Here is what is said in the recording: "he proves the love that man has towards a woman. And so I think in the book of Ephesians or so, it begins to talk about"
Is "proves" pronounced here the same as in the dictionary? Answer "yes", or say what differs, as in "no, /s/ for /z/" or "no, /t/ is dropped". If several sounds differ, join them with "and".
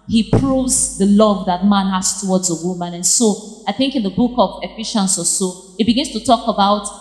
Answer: yes